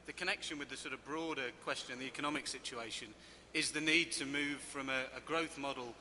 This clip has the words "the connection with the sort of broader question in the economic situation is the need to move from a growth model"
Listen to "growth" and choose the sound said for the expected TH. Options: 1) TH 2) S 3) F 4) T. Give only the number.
1